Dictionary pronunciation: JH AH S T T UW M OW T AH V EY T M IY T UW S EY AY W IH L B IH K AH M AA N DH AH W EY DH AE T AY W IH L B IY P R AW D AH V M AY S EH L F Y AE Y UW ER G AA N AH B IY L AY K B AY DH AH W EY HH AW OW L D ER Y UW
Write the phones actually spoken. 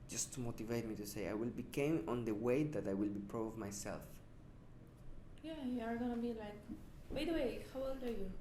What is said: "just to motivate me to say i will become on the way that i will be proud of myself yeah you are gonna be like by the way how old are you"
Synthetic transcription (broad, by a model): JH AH S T T UW M OW T AH V EY T M IY T UW S EY AY W IH L B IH K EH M AA N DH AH W EY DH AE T AY W IH L B IY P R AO AH V M AY S EH L F Y AE Y UW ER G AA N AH B IY L AY K B AY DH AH W EY HH AW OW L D ER Y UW